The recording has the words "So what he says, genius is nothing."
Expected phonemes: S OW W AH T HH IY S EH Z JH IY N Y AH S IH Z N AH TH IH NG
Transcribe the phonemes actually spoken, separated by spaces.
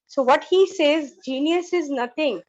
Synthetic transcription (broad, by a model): S OW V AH T HH IY S EH Z JH IY N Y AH S IH Z N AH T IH NG